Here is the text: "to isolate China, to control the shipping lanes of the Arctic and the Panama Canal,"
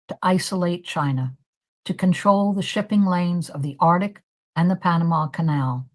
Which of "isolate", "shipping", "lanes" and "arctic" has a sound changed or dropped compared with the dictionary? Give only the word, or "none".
none